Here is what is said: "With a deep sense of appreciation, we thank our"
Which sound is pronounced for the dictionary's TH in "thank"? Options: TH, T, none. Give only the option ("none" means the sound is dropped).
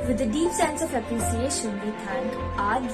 T